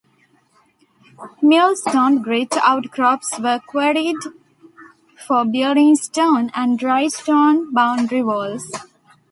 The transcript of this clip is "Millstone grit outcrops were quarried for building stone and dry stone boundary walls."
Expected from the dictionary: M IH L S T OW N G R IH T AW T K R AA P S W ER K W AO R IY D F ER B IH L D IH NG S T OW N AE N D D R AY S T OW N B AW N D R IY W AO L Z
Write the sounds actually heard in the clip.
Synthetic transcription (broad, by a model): M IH L S T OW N G R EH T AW T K R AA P S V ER K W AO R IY D F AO B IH D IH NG S T OW N AE N D D R AY S T OW N B AW N D R IY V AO L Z